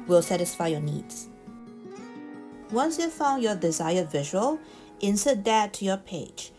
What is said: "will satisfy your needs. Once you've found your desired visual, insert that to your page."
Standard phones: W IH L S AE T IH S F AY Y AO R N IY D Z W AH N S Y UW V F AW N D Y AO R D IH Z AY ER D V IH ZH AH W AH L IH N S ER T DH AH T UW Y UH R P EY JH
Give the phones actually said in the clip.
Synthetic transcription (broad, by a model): W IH L S AE T IH S F AY Y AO N IY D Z W AH N S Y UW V F AW N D Y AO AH D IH Z AY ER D V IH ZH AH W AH L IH N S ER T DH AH T UW Y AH P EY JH